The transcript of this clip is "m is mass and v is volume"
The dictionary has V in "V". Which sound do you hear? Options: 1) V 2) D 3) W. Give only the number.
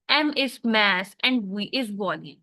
3